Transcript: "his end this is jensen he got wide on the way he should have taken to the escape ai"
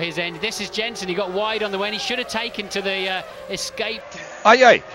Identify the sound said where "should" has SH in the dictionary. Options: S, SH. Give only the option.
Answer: SH